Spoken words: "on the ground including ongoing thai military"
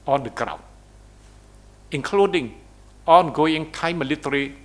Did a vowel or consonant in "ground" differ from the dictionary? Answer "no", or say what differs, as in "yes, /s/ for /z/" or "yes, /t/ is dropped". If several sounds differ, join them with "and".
yes, /d/ is dropped